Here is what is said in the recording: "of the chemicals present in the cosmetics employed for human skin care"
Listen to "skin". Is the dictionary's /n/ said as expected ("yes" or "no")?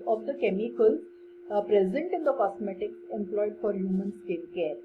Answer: no